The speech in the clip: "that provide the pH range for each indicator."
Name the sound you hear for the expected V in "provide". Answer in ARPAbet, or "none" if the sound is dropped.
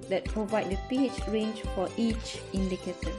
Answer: V